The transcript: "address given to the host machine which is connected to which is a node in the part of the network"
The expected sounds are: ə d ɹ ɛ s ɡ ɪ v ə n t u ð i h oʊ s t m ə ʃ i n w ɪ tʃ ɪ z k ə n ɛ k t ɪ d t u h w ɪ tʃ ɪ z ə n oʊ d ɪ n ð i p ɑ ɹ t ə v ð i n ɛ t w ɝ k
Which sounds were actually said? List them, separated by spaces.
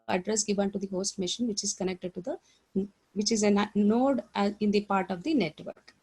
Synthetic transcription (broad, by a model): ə d ɹ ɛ s ɡ ɪ v ə n t u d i h oʊ s t m ə ʃ i n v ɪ tʃ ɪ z k ə n ɛ k t ɪ d t u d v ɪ tʃ ɪ z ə n oʊ d ɪ n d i p ɑ ɹ t ə v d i n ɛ t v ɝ k